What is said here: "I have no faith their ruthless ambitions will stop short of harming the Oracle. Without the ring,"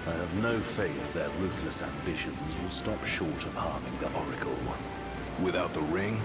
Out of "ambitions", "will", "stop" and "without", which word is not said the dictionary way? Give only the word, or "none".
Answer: none